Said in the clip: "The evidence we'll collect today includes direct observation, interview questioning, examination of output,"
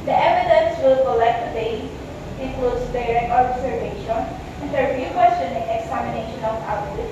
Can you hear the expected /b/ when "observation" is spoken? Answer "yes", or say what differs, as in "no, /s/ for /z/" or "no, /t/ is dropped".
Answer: no, /b/ is dropped